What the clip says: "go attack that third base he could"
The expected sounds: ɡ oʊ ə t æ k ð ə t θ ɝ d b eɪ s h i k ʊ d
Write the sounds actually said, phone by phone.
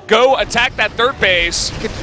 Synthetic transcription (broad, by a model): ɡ oʊ ə t æ k ð ə t θ ɝ d b eɪ s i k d